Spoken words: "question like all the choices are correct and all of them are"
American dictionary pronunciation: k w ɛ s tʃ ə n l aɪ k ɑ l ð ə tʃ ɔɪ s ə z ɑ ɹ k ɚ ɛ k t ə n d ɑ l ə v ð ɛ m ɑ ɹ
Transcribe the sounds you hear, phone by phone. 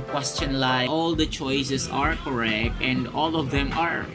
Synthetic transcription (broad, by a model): k w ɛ s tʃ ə n l aɪ ɑ l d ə tʃ ɔɪ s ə s ɑ ɹ k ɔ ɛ k t ə n d ɑ l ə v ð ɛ m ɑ ɹ